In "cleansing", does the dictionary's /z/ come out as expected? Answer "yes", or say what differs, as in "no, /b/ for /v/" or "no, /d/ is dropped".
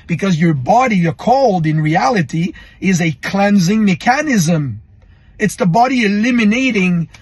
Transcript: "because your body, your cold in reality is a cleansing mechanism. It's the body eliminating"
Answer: yes